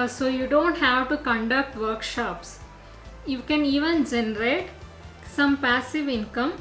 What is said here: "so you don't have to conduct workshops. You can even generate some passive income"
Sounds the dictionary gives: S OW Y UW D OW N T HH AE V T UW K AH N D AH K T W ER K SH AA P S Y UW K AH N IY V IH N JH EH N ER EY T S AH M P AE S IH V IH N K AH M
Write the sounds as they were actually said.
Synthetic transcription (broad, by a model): S OW Y UW D OW N T HH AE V T UW K AH N D AH K T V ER K SH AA P S Y UW K AH N IY V IH N JH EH N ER EY T S AH M P AE S IH V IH N K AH M